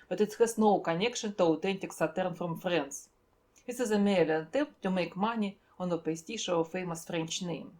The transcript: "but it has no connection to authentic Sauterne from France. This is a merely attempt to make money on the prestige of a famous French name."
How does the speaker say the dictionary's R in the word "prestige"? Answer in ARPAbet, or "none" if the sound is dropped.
none